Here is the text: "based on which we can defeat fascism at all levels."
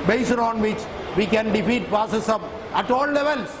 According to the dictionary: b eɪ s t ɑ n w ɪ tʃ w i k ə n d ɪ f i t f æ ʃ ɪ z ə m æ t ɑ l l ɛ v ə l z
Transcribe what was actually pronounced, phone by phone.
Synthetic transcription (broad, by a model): b eɪ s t ɑ n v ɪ tʃ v i k ə n d ɪ f i t p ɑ s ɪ s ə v æ t ɑ l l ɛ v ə l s